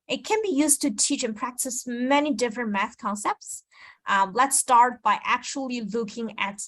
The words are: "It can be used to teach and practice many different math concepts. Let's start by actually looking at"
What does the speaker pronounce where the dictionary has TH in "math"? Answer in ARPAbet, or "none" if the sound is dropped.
TH